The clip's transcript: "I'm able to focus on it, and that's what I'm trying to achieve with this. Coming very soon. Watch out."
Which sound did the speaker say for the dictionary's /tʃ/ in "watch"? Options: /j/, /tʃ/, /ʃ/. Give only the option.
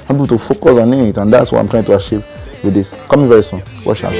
/ʃ/